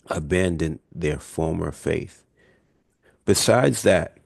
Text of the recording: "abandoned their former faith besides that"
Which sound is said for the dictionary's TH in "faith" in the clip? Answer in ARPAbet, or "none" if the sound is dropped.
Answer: TH